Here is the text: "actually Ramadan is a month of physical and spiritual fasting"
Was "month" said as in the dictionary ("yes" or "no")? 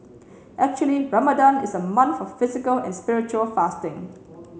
no